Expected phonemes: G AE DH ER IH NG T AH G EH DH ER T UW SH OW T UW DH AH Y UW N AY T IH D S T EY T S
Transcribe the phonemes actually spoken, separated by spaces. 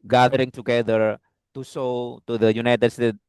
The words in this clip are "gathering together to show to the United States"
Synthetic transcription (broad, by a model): G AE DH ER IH NG T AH G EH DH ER T UW S OW T UW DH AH Y UW N AY T IH D S T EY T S